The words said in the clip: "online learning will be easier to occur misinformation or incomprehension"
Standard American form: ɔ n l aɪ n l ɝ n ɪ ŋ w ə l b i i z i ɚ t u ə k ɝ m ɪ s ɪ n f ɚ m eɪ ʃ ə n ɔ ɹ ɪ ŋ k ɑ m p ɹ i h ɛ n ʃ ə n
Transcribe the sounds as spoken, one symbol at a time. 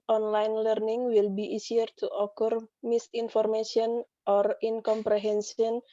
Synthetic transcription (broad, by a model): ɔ n l aɪ n l ɝ n ɪ ŋ w ə l b i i s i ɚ t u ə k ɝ m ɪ s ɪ n f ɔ m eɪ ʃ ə n ɔ ɹ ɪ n k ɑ m p ɹ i h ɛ n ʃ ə n